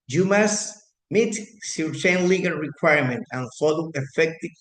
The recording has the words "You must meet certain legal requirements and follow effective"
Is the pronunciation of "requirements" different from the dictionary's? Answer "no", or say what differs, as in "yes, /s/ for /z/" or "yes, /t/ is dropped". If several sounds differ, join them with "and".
yes, /s/ is dropped